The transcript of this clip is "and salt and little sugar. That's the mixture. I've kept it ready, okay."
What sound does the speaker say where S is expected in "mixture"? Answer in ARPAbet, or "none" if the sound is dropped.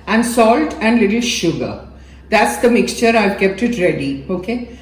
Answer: S